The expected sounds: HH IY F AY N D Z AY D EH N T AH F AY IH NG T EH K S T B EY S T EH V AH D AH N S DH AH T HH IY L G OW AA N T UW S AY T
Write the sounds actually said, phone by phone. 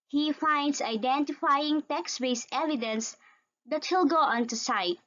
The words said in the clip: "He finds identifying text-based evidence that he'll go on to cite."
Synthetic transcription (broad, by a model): HH IY F AY N D S AY D EH N T AH F AY IH NG T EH K S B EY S EH V AH D AH N S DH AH T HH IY L G OW AA N T UW S AY T